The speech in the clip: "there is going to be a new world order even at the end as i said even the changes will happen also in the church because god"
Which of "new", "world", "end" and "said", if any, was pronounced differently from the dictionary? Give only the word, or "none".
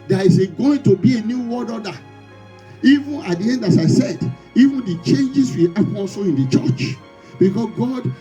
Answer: world